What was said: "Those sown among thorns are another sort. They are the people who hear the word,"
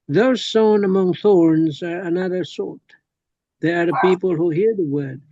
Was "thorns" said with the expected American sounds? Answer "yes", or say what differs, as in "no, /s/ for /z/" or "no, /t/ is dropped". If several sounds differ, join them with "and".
yes